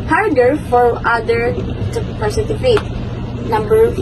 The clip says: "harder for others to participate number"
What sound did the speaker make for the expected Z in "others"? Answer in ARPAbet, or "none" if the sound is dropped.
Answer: none